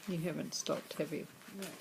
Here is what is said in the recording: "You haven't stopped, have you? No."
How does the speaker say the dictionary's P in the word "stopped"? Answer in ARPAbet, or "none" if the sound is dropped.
P